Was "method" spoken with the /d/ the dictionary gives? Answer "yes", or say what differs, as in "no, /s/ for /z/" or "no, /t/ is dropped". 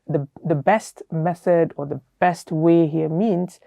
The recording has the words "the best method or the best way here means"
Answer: yes